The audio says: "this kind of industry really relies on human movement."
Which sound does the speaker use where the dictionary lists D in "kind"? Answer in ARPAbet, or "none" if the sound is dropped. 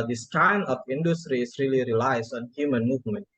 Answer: none